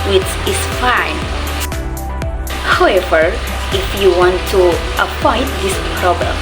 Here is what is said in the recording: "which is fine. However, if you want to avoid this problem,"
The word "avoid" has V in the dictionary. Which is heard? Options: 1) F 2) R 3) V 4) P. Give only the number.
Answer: 4